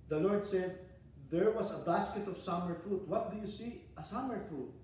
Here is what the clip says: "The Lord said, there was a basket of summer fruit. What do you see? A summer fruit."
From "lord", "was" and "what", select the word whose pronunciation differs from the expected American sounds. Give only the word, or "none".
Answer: was